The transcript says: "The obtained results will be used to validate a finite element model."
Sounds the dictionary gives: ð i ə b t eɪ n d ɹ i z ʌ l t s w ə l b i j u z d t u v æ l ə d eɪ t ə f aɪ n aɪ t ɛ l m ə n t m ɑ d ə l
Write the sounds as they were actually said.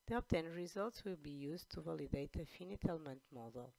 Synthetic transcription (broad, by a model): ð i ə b t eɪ n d ɹ i z ʌ l t s w ə l b i j u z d t u v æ l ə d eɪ t ə f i n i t ɛ l m ə n t m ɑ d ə l